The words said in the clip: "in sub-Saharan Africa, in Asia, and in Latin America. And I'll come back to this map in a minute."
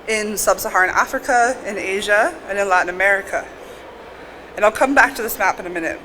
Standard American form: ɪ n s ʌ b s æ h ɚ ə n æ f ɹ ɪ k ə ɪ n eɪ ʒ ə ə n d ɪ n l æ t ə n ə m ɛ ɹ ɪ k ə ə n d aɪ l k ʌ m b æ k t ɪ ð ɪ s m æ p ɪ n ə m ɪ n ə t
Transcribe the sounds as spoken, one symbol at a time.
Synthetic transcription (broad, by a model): ɪ n s ʌ b s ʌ h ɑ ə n æ f ɹ ɪ k ə ɪ n eɪ ʒ ə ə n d ɪ n l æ t n ə m ɛ ɹ ɪ k ə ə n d aɪ l k ʌ m b æ k t ɪ ð ɪ s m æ p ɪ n ə m ɪ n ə t